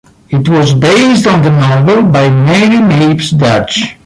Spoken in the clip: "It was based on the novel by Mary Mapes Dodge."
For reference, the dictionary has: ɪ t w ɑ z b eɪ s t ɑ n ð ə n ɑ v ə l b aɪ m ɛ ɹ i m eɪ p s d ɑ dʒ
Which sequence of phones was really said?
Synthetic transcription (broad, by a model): ɪ t w ɑ z b eɪ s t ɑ n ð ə n ɑ v ə l b aɪ m ɛ ɹ i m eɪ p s d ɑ tʃ